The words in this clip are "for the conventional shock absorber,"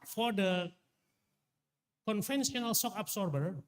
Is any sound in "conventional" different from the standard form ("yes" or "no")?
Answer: yes